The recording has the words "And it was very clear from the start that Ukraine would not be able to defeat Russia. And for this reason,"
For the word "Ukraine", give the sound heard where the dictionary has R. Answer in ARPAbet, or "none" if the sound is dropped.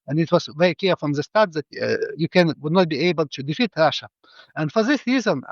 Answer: none